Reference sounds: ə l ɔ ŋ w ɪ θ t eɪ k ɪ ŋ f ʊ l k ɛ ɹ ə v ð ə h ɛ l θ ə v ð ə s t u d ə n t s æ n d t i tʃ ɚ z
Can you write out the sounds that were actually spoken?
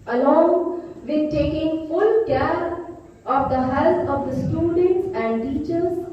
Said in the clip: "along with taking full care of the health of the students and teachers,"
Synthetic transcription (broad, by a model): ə l ɔ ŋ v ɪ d t eɪ k ɪ ŋ f ʊ l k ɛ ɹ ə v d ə h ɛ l s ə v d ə s t u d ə n t s æ n d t i tʃ ɚ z